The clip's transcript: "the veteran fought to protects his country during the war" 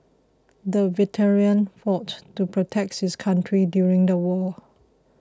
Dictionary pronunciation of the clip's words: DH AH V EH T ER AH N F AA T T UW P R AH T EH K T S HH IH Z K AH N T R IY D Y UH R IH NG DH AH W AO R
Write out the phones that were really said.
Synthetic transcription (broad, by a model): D AH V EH T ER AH N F AA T T UW P R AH T EH K T HH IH S K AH N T R IY D Y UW R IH NG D AH W AO